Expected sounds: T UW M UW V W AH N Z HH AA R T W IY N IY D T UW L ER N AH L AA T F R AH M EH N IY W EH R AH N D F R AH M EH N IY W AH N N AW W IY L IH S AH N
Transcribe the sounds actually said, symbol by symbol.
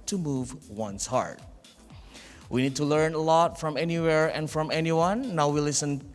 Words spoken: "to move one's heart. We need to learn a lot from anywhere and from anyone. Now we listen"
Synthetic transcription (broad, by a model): T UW M UW V W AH N S HH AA R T W IY N IY D T UW L ER N AH L AA T F R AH M EH N IY W EH R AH N F R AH M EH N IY W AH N N AW W IY L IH S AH N